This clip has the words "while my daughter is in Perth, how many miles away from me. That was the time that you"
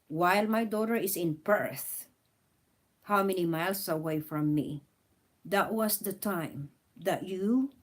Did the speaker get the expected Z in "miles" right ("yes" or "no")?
no